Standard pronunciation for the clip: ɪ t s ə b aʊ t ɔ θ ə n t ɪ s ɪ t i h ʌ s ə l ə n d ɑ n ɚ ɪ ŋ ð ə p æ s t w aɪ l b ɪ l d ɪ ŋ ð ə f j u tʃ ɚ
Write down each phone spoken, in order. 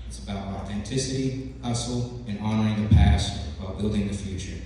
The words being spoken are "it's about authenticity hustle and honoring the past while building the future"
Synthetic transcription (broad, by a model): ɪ t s ə b aʊ t ɔ θ ə n t ɪ s ɪ t i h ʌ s l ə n ɑ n ɚ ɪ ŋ ð ə p æ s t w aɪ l b ɪ l d ɪ ŋ ð ə f j u tʃ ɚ